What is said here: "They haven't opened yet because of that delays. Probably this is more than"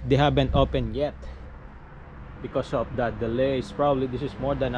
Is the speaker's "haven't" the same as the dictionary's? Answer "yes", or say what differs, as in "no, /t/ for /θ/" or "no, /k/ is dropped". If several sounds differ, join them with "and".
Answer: no, /b/ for /v/